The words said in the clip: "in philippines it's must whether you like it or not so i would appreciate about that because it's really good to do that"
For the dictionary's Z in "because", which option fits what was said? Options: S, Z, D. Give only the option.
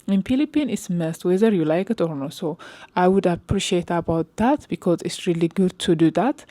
Z